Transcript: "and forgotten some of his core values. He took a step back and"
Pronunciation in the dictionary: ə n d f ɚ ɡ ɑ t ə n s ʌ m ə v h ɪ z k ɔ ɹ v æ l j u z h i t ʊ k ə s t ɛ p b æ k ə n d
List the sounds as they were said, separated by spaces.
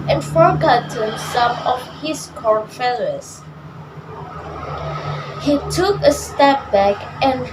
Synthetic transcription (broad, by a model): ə n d f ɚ ɡ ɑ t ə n s ʌ m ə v h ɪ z k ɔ ɹ f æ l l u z h i t ʊ k ə s t ɛ p b æ k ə n